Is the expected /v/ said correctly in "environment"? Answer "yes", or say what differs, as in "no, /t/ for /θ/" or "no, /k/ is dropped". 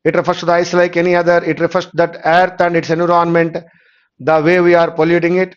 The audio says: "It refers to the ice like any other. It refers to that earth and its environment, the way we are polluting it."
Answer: no, /v/ is dropped